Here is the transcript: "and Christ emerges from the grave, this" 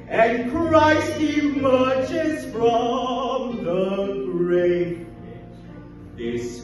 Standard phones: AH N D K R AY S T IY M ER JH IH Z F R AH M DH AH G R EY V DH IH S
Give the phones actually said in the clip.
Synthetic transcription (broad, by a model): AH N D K R AY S IY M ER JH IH S F R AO M DH AH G R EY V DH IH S